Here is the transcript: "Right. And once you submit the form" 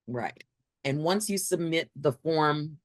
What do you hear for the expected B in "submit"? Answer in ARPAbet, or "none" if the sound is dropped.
B